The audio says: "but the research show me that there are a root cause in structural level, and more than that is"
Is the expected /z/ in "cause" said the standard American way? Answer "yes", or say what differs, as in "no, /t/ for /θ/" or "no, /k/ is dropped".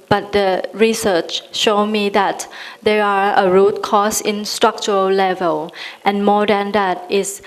no, /s/ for /z/